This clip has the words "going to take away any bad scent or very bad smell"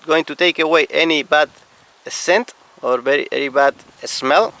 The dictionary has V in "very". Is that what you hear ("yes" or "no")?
no